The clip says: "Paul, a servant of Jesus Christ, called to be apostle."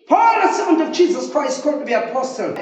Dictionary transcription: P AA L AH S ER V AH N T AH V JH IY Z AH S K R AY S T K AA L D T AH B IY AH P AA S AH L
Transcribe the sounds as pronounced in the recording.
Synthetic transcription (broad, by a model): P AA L AH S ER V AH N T AH V JH IY Z AH S K R AY S T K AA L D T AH B IY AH P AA S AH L